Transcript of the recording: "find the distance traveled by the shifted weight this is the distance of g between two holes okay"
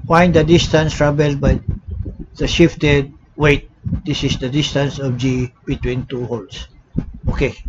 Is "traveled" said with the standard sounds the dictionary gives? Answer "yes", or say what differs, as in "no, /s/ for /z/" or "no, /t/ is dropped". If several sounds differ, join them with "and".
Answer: no, /b/ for /v/